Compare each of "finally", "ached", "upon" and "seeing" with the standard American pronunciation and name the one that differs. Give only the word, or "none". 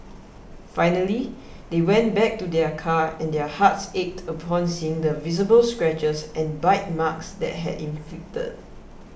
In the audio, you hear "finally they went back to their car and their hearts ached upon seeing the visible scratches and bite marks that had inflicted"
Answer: none